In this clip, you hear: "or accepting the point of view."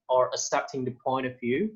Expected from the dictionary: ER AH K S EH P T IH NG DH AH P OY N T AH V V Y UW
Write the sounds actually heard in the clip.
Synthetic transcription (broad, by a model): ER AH S EH P T IH NG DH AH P OY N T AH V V Y UW